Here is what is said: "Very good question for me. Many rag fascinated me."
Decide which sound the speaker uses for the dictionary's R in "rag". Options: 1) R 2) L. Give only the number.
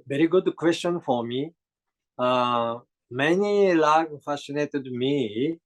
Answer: 2